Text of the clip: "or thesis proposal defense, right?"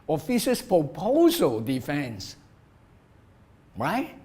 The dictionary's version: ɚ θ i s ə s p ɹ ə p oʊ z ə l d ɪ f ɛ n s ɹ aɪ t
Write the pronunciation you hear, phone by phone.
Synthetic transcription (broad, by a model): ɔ f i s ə s p ɹ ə p oʊ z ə l d ɪ f ɛ n s ɹ aɪ t